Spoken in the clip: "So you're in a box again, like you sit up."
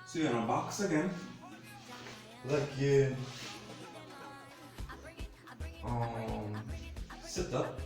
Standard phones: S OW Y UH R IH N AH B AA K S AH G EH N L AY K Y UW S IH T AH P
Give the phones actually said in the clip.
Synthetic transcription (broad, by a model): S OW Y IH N AH B AA K S AH G EH N L AY K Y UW S IH T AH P